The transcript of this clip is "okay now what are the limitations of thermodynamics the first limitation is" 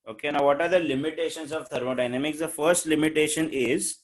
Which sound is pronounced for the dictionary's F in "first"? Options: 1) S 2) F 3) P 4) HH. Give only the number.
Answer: 2